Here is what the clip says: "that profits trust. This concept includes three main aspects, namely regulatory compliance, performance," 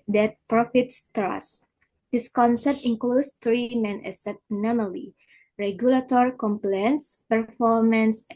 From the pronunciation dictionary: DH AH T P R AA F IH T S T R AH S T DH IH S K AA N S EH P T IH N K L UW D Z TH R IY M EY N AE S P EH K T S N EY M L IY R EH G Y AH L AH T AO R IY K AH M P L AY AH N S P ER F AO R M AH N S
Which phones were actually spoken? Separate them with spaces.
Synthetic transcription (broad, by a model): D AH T P R AA F IH T S T R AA S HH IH S K AA N S EH P T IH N K L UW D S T R IY M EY N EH S EH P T N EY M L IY R EH G Y AH L AH T AO R IY K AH M P L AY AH N S P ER F AO R M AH N S